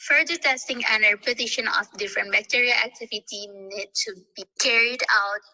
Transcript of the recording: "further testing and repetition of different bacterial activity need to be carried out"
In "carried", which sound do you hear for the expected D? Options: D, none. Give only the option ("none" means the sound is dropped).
D